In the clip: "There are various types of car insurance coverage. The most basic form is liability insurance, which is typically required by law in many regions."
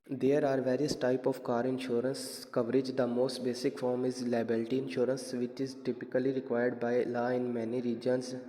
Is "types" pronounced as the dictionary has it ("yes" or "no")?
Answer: no